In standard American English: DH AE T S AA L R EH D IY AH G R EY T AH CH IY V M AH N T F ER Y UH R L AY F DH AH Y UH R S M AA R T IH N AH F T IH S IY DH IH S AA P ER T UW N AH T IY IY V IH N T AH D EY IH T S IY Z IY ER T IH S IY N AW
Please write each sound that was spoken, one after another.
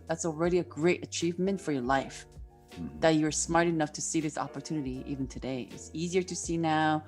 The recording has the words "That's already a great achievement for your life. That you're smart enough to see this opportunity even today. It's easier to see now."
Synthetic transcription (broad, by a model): DH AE T S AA L R EH D IY AH G R EY T AH CH IY V M AH N T F ER Y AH R L AY F DH AH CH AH R S M AA R T IH N AH F T IH S IY DH IH S AA P ER T UW N AH T IY IY V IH N T AH D EY IH T S IY Z IY ER T IH S IY N AW